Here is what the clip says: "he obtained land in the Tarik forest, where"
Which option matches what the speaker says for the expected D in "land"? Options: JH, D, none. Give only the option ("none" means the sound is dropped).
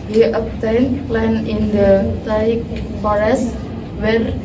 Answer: none